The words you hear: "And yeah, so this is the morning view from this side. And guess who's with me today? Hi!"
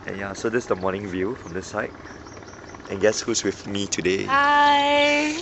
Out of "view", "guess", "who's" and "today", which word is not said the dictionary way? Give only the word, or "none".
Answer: who's